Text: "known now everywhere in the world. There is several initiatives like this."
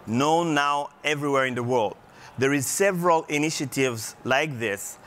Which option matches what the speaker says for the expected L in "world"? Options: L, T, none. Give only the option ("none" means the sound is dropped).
L